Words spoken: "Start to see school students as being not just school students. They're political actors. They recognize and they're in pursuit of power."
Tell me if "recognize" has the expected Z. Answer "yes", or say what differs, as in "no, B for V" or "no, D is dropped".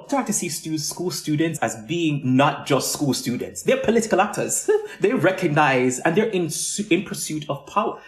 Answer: yes